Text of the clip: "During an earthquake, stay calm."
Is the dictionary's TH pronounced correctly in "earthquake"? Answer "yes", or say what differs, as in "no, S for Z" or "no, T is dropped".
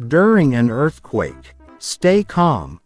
yes